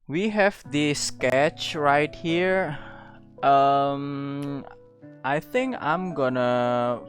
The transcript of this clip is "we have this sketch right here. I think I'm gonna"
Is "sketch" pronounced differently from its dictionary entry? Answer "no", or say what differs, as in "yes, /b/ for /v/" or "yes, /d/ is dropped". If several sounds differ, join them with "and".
no